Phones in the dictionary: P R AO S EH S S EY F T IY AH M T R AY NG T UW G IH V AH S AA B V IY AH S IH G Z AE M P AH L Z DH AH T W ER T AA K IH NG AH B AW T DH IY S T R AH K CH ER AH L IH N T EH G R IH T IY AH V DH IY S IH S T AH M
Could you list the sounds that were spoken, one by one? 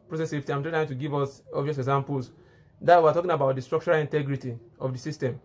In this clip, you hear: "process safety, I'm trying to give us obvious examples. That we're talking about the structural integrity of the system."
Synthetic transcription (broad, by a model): P R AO S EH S S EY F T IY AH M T AY T UW G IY V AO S AA B V IY AH S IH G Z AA M P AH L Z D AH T W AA T AA K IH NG AH B AW T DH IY S T R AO K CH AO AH L IH N T EH G R IH T IY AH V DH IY S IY S T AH M